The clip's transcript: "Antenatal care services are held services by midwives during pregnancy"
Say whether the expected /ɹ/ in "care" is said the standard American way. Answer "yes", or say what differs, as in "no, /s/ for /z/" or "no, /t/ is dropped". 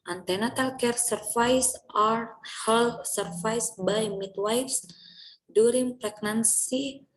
yes